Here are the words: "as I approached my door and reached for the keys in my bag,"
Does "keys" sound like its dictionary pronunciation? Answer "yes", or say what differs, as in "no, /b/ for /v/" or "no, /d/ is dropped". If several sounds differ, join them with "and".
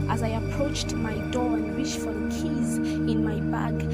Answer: yes